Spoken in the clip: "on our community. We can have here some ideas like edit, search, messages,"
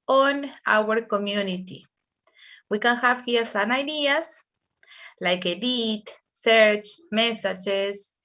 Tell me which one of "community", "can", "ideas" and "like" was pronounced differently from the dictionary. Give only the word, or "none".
ideas